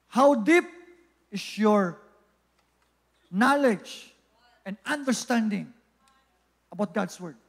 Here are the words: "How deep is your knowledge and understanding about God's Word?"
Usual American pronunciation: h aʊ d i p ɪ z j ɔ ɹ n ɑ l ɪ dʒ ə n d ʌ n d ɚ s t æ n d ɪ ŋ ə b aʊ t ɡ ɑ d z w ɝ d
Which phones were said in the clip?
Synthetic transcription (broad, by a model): h aʊ d i p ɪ s j ɔ ɹ n ɑ l ɪ dʒ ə n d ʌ n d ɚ s t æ n d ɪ ŋ ə b aʊ t ɡ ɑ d s w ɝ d